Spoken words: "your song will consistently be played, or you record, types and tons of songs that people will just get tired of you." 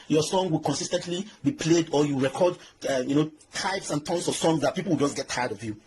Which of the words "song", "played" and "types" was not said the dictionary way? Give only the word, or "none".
none